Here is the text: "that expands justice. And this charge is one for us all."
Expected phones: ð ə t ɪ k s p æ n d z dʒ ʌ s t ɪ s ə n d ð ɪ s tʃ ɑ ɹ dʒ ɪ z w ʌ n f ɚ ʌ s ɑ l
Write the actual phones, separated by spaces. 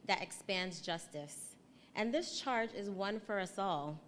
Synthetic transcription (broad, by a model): ð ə t ɪ k s p æ n d z dʒ ʌ s t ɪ s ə n ð ɪ s tʃ ɑ ɹ dʒ ɪ z w ʌ n f ɚ ʌ s ɑ l